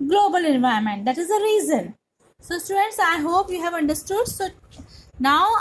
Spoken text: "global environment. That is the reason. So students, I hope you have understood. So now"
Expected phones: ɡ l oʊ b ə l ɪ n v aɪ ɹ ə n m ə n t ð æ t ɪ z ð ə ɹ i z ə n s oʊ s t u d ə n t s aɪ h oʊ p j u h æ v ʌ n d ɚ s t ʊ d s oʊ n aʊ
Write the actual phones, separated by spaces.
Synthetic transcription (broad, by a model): ɡ l oʊ b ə l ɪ n v aɪ ə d m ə n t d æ t ɪ z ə ɹ i z ə n s oʊ s t u d ə n t s aɪ h oʊ p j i h æ v ʌ n d ɚ s t ʊ d s oʊ n aʊ